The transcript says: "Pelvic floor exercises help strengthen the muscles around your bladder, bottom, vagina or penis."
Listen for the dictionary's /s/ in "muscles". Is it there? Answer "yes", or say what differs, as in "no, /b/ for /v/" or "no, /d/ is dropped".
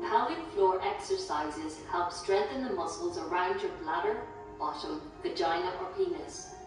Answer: yes